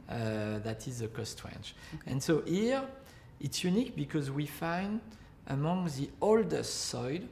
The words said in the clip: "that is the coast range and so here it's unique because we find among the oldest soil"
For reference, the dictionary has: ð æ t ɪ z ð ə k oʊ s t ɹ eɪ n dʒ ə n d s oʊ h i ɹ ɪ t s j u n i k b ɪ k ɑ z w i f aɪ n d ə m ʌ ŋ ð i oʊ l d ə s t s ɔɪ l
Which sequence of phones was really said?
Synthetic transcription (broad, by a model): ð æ t ɪ z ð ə k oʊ s t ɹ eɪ n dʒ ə n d s oʊ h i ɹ ɪ t s j u n i k b ɪ k ɑ z w i f aɪ n d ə m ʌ ŋ ð i oʊ l d ə s t s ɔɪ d